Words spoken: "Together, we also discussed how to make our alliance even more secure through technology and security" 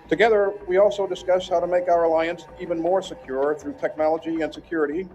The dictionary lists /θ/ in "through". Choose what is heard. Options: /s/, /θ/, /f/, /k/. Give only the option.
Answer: /θ/